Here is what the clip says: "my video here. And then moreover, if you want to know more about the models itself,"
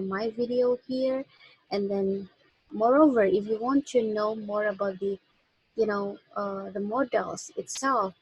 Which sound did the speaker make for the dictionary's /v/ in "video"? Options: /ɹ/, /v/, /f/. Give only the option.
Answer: /v/